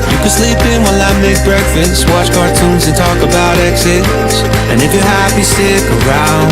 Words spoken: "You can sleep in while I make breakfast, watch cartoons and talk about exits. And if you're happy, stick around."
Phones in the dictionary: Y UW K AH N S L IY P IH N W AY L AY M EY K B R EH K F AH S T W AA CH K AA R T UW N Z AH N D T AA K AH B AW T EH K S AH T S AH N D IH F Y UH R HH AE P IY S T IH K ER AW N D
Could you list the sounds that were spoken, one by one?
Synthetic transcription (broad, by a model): Y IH K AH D S L IY P IH N W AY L AY M EY K B R EH K F AH S T W AA CH K AA R T UW N Z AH N T AA K AH B AW T EH K S AH T S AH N IH F Y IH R HH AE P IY S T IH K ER AW N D